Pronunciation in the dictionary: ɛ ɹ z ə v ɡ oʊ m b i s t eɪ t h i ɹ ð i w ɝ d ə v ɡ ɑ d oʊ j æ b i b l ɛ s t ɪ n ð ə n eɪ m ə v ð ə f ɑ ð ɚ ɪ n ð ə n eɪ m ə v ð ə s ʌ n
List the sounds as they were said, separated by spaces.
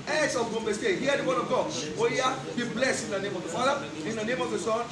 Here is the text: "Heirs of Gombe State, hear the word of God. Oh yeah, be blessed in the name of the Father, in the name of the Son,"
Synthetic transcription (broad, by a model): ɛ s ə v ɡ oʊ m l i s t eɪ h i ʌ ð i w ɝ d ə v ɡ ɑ oʊ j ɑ b i b l ɛ s t ɪ n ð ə n eɪ m ə v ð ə f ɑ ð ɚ ɪ n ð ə n eɪ m ə v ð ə s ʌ n